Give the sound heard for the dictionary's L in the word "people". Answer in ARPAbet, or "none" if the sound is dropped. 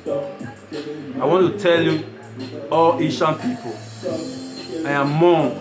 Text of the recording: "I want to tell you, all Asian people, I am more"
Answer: N